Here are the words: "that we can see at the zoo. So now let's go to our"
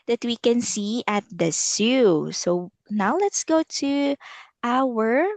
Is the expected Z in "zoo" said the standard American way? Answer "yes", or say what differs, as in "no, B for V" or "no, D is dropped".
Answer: no, S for Z